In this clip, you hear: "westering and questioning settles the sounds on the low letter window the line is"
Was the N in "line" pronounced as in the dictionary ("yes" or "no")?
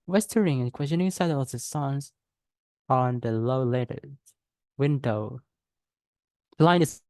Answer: no